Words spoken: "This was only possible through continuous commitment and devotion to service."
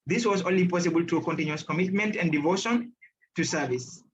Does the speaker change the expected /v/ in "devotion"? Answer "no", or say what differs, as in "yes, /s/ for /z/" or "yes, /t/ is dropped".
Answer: no